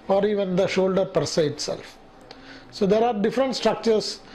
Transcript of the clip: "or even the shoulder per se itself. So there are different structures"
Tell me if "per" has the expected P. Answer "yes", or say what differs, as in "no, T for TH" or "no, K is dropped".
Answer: yes